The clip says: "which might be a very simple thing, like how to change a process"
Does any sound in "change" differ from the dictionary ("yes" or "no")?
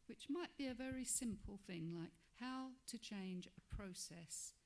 no